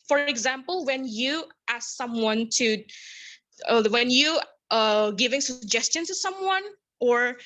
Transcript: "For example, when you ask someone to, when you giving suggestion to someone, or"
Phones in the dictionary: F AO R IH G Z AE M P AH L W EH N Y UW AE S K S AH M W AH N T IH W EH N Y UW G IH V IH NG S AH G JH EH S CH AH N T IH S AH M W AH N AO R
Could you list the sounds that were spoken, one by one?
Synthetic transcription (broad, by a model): F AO R IH G Z AE M P AH L W EH N Y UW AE S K S AH M W AH N T IH W EH N Y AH G IH V IH NG S AH G JH EH S CH AH N T IH S AH M W AH N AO R